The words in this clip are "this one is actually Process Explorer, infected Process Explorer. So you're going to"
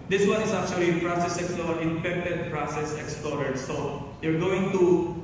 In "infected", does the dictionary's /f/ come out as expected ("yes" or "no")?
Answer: no